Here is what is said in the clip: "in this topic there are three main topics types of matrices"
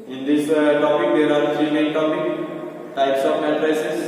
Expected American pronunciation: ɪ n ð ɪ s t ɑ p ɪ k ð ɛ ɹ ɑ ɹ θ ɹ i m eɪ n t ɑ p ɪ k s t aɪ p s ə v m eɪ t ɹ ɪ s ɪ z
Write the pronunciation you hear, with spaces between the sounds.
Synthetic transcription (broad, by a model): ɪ n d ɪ s t ɑ p ɪ k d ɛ ɹ ɑ ɹ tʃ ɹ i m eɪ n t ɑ p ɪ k t aɪ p s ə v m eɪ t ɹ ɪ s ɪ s